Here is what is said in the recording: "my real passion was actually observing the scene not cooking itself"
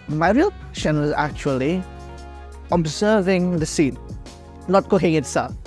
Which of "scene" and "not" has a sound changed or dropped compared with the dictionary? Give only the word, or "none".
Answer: not